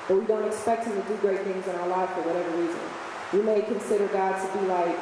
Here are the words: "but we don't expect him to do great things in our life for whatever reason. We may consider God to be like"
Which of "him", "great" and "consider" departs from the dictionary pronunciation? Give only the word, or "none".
none